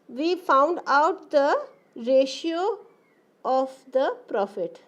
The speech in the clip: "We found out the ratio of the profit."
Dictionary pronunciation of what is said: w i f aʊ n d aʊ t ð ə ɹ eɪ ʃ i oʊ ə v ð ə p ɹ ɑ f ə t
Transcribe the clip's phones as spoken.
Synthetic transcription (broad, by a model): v i f aʊ n d aʊ t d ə ɹ eɪ ʃ i oʊ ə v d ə p ɹ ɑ f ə t